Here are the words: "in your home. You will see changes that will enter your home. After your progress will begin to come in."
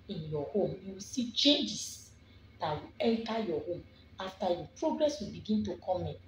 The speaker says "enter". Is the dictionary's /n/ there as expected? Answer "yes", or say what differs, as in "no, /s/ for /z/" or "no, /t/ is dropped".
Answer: no, /l/ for /n/